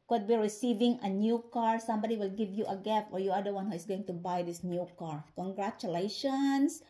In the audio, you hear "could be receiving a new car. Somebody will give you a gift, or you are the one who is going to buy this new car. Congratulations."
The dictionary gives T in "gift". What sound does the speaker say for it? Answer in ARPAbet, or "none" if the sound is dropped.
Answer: none